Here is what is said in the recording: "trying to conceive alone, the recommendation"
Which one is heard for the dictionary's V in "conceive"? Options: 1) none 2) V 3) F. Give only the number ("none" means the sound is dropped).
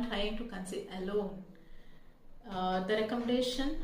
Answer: 1